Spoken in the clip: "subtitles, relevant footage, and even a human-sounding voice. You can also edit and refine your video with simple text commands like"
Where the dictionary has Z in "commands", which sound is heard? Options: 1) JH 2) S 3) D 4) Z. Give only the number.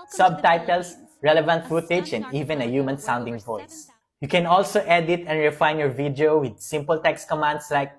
2